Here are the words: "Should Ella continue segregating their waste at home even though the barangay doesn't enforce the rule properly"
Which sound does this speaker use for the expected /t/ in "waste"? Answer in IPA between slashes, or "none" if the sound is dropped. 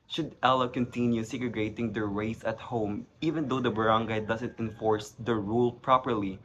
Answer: none